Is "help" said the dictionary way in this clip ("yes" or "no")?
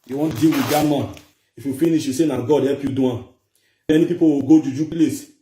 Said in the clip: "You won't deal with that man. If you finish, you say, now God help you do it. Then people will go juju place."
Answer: no